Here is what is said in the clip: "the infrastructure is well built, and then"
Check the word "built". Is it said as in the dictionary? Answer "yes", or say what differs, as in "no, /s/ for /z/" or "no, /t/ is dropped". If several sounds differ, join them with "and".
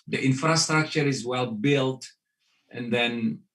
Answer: yes